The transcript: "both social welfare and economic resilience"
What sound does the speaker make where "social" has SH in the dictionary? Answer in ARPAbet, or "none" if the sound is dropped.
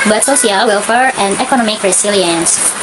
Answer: S